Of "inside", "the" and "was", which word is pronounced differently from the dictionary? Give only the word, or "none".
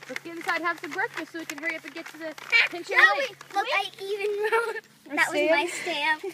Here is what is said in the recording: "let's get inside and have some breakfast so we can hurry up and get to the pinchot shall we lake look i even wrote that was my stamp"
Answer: inside